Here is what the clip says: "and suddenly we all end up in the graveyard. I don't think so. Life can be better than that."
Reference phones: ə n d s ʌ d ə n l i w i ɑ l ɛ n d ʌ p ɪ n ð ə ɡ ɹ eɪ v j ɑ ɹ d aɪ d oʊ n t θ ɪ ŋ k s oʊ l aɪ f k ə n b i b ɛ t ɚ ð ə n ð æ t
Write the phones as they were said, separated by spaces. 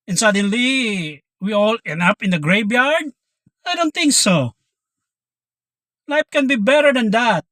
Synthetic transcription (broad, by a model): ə n s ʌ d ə n l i w i ɑ l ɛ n ʌ p ɪ n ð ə ɡ ɹ eɪ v j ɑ ɹ d aɪ d oʊ n t θ ɪ ŋ k s oʊ l aɪ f k ə n b i b ɛ t ɚ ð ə n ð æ t